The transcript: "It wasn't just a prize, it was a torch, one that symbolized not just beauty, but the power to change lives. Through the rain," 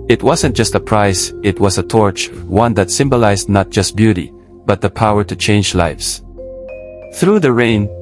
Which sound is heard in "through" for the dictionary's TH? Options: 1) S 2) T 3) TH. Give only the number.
3